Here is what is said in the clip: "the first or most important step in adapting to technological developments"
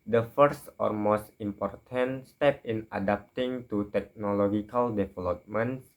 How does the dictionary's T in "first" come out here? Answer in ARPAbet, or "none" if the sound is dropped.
T